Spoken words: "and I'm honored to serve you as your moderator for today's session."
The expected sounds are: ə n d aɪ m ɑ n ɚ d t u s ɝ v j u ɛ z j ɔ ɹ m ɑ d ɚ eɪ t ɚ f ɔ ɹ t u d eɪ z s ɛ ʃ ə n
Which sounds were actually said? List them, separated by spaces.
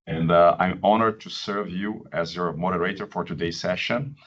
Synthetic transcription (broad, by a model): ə n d aɪ m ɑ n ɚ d t u s ɝ v j u ɛ z j ɔ ɹ m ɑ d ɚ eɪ t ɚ f ɔ ɹ t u d eɪ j s ɛ ʃ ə n